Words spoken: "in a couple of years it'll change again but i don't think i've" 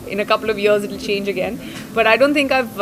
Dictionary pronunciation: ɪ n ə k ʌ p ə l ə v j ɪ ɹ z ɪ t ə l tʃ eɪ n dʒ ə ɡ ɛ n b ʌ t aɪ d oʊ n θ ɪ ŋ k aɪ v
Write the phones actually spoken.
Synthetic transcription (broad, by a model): ɪ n ə k ʌ p ə l ə v j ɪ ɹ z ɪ t l tʃ eɪ n dʒ ə ɡ ɛ n b ʌ t aɪ d oʊ n t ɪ ŋ k aɪ v